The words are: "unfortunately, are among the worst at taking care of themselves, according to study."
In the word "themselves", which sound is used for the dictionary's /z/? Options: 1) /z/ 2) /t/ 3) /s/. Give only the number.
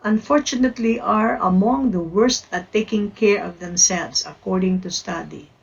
3